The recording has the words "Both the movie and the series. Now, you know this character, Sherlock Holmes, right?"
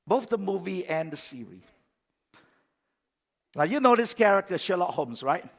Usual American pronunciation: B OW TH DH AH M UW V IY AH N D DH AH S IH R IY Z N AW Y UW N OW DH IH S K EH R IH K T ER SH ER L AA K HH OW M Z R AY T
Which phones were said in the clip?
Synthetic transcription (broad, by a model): B OW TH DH AH M UW V IY AH N D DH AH S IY R IY N AW Y UW N OW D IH S K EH R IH K T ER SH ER L AA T HH OW M S R AY T